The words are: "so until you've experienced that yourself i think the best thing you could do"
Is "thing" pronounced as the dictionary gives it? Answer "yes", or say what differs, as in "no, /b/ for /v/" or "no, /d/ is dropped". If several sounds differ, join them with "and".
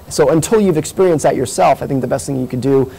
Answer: yes